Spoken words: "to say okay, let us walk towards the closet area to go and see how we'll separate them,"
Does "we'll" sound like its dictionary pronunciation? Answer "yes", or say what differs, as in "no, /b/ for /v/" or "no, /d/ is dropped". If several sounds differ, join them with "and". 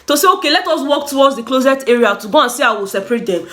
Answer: yes